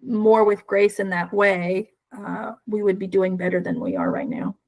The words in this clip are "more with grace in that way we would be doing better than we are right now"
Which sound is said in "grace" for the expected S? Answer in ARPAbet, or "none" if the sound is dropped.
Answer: S